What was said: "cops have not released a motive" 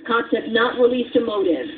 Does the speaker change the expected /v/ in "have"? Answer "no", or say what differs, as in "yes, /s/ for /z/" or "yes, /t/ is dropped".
yes, /p/ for /v/